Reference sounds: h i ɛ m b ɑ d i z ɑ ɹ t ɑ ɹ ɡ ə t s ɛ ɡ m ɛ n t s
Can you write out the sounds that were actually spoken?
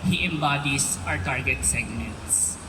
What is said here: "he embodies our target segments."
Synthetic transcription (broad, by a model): h i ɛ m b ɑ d i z ɑ ɹ t ɑ ɹ ɡ ə t s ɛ ɡ m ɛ n t s